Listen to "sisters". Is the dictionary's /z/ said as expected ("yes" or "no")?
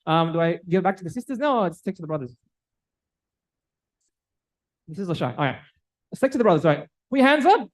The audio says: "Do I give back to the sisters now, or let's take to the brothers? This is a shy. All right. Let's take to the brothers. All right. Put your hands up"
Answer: yes